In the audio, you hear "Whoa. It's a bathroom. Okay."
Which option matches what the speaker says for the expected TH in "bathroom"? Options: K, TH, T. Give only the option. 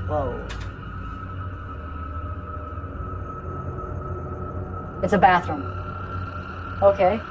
TH